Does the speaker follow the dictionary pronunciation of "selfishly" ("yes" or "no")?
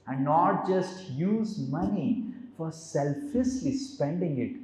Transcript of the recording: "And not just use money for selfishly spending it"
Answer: no